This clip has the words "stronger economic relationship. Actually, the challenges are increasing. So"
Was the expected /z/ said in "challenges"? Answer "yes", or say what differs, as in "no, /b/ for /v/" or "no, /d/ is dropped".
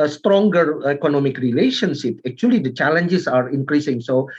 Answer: no, /s/ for /z/